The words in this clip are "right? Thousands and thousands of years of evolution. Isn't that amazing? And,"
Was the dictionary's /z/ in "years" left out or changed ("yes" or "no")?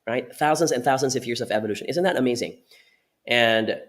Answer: no